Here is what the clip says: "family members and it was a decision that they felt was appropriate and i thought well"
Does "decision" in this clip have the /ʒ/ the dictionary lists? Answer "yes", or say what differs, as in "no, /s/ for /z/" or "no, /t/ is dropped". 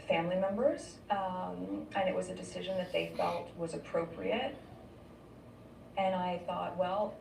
yes